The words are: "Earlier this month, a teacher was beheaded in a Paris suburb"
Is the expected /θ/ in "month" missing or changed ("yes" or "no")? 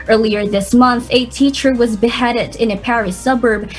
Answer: no